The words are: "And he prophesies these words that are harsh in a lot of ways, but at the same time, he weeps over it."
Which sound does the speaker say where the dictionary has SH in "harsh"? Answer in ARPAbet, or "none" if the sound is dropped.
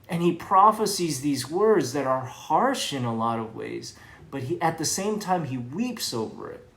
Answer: SH